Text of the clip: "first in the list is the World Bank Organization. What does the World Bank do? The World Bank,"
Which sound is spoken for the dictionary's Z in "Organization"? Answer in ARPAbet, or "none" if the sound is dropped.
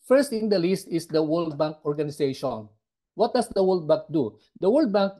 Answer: S